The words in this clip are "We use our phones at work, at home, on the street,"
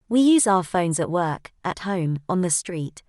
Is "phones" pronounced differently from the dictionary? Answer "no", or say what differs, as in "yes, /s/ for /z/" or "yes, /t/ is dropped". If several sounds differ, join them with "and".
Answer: no